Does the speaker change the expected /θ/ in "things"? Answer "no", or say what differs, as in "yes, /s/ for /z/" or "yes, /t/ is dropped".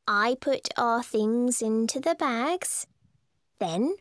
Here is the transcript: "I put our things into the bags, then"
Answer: no